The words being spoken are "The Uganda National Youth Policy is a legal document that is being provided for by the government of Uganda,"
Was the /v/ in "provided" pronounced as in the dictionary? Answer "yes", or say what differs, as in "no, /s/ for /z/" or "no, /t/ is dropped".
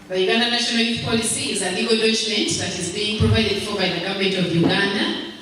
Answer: no, /p/ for /v/